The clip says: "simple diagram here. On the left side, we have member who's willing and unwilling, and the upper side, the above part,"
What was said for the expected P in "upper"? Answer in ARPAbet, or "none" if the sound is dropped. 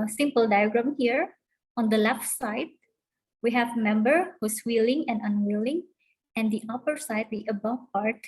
P